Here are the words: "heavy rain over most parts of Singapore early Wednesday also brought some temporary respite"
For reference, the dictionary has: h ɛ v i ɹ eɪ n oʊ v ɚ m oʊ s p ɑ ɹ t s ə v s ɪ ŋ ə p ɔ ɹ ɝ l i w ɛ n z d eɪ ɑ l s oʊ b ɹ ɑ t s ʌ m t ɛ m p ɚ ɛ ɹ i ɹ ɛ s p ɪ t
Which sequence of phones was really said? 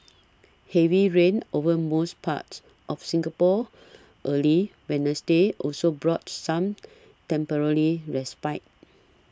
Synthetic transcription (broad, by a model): h ɛ v i ɹ eɪ n oʊ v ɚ m oʊ s p ɑ t s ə f s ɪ ŋ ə p ɔ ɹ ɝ l i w ɛ n s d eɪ ɑ l s oʊ b ɹ ɑ t s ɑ m t ɛ m p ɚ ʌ l i ɹ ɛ s p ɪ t